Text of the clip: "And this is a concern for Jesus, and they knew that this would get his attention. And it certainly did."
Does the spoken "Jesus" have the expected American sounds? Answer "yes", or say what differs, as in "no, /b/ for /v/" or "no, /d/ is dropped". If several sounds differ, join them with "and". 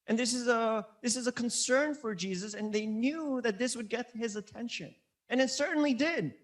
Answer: yes